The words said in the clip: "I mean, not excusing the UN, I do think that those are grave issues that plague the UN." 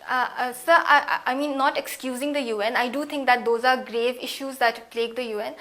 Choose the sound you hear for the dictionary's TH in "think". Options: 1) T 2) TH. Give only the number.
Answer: 1